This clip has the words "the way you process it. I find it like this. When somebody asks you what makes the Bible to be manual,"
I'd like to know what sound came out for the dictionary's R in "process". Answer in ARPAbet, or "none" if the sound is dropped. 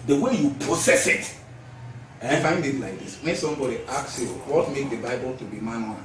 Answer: none